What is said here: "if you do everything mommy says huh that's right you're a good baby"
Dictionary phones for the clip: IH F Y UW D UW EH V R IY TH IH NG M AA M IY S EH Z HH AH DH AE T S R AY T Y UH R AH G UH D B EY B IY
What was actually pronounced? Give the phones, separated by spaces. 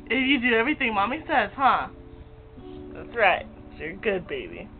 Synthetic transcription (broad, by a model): IH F Y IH D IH EH V R IY TH IH NG M AA M IY S EH Z HH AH DH AE T S R AY T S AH R G UH D B EY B IY